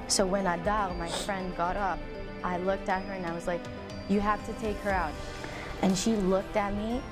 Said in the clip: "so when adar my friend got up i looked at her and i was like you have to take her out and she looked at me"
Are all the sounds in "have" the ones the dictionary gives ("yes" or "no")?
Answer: no